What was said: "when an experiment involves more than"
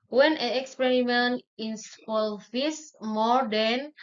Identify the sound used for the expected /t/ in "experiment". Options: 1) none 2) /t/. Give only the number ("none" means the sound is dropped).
1